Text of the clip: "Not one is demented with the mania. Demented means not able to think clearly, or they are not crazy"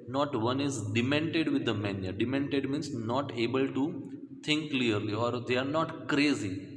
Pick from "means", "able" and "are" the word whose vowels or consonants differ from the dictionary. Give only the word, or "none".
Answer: means